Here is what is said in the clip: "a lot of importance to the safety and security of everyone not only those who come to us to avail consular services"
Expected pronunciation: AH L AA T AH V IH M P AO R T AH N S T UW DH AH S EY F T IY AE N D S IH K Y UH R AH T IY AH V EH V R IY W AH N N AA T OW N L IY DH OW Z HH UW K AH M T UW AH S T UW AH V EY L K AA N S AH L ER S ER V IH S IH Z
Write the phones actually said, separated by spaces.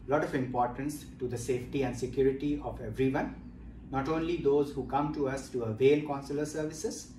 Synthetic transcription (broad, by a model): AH L AA T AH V IH M P AO R T AH N S T UW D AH S EY F T IY AE N D S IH K Y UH R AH T IY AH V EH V R IY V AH N N AA T OW N L IY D OW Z HH UW K AH M T UW AH S T UW AH V EY L K AA N S AH L ER S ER V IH S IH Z